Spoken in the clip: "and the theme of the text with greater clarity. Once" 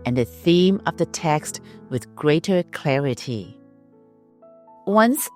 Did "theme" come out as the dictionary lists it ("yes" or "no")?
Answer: yes